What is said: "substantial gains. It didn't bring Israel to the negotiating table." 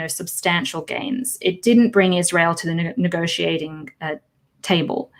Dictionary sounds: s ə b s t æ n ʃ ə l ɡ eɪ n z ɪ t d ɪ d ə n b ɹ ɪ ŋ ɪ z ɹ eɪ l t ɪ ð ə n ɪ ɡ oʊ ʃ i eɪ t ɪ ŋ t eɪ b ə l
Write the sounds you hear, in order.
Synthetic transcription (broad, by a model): s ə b s t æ n ʃ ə l ɡ eɪ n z ɪ t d ɪ d n b ɹ ɪ ŋ ɪ z ɹ eɪ l t ɪ ð ə n ɪ ɡ oʊ ʃ i eɪ t ɪ ŋ t eɪ b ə l